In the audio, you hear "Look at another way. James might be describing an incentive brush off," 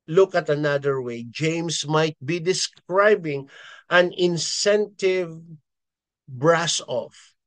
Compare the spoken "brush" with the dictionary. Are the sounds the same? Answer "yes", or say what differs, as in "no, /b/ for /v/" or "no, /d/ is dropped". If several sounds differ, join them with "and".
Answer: no, /s/ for /ʃ/